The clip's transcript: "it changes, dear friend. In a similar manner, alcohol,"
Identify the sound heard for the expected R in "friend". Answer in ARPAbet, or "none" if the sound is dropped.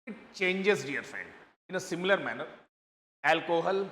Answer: none